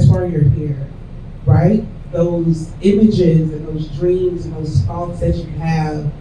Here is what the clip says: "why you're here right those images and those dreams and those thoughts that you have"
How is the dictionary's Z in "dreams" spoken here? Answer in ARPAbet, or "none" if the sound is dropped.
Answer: Z